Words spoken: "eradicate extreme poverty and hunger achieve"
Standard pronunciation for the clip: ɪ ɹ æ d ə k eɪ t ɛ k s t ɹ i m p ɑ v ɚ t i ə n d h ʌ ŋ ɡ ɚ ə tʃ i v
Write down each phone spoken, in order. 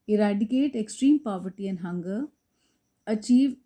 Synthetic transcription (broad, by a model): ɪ ɹ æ d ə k eɪ t ɛ k s t ɹ i m p ɑ v ɚ t i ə n h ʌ ŋ ɡ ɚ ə tʃ i v